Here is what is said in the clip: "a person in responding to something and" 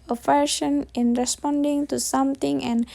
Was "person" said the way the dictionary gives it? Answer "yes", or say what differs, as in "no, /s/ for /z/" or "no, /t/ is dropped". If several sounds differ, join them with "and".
no, /f/ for /p/ and /ʃ/ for /s/